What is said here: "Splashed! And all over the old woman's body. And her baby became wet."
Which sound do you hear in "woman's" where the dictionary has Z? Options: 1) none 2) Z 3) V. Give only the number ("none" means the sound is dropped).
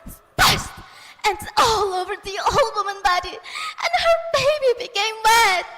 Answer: 1